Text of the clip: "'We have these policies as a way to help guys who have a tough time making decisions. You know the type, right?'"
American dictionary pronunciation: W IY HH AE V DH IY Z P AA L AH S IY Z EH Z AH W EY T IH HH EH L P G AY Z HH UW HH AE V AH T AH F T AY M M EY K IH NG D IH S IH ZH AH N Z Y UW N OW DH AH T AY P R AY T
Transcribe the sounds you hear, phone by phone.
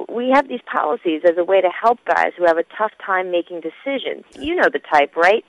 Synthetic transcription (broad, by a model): W IY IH V DH IY Z P AA L AH S IY Z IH Z AH W EY T IH HH EH L P G AY Z HH UW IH V AH T AH F T AY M M EY K IH NG D IH S IH ZH AH N Z Y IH N OW DH AH T AY P R AY T